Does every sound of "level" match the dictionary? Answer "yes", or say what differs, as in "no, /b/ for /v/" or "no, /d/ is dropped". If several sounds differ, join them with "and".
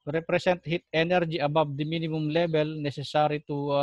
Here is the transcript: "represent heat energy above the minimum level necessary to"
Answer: no, /b/ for /v/